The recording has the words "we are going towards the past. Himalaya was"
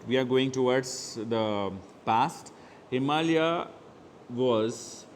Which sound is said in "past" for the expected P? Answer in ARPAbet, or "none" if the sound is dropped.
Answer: P